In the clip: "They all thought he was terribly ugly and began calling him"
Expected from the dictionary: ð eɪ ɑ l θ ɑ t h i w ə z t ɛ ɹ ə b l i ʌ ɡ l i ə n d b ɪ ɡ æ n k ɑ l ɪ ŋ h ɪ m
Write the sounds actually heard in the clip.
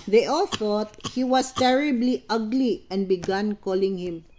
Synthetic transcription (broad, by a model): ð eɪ ɑ l θ ɑ t h i w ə s t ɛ ɹ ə b l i ʌ ɡ l i ə n d b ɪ ɡ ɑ n k ɑ l ɪ ŋ h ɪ m